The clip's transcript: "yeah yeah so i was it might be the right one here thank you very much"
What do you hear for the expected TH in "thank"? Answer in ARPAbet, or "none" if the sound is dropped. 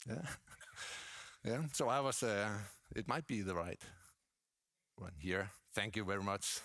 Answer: TH